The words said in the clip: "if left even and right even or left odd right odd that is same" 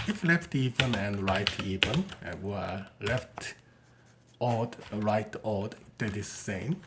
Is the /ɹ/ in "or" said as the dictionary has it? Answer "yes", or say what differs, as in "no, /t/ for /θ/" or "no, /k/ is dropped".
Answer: no, /w/ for /ɹ/